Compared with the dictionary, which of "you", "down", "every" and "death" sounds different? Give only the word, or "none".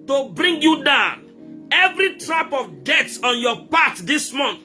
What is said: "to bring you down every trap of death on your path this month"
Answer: death